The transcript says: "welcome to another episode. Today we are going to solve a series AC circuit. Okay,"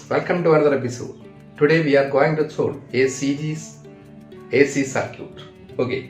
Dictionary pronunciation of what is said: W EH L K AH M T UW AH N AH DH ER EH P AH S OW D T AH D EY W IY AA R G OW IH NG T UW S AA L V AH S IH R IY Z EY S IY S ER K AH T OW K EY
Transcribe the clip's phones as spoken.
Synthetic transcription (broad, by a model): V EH L K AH M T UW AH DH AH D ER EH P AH S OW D T AH D EY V IY AA R G OW IH NG T UW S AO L AH S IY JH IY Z EY S IY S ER K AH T OW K EY